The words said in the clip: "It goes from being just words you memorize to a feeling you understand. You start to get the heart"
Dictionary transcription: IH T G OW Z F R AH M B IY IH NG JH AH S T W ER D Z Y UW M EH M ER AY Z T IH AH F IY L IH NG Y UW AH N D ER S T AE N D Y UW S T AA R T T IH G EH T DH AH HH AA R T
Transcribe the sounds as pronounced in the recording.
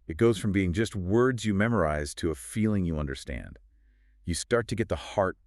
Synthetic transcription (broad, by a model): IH T G OW Z F R AH M B IY IH NG JH AH S T W ER D Z Y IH M EH M ER AY Z T IH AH F IY L IH NG Y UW AH N D ER S T AE N D Y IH S T AA R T T IH G EH T DH AH HH AA R T